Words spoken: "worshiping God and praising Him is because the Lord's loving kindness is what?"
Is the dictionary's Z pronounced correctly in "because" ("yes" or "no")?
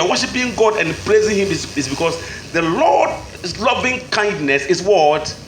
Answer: no